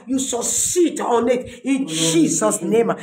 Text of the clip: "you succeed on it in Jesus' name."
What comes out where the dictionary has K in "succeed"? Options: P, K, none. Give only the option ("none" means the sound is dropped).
none